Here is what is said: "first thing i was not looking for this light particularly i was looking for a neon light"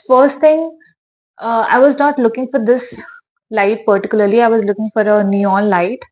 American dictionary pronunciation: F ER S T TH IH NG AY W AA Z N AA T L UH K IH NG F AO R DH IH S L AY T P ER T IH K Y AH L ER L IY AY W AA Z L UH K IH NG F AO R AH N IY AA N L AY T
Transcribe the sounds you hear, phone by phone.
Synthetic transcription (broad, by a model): F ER S T T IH NG AY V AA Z N AA T L UH K IH NG F AO R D IH S L AY T P ER T IH K Y AH L ER L IY AY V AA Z L UH K IH NG F AO R AH N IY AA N L AY T